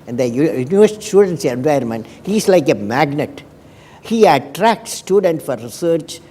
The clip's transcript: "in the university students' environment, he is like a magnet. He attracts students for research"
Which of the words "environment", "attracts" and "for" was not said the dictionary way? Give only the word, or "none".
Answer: environment